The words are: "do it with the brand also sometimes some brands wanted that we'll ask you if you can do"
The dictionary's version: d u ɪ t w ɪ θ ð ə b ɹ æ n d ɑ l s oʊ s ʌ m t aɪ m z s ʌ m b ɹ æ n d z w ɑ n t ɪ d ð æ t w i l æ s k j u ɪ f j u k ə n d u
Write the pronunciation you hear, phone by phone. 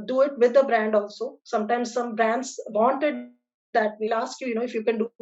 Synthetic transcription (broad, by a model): d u ɪ t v ɪ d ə b ɹ æ n d ɑ l s oʊ s ʌ m t aɪ m z s ʌ m b ɹ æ n d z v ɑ n t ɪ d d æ t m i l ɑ s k j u ɪ f j u k ə n d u